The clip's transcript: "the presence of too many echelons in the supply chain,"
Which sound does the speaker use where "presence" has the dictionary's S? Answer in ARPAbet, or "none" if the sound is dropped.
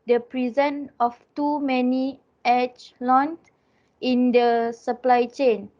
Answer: none